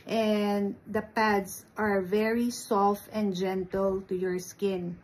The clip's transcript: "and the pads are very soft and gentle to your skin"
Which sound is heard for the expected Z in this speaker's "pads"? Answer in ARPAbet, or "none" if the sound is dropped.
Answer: S